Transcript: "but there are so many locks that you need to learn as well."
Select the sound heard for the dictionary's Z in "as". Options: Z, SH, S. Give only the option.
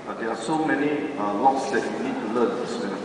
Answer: S